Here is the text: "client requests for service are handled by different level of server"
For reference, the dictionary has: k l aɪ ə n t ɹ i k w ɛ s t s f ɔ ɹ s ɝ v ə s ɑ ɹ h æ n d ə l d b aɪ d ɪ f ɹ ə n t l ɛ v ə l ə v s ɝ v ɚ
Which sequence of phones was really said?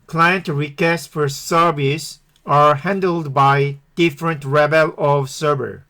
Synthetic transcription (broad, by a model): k l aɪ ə n t ɹ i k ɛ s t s f ɔ ɹ s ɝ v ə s ɑ ɹ h æ n d ə l d b aɪ d ɪ f ɹ ə n t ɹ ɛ b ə l ə v s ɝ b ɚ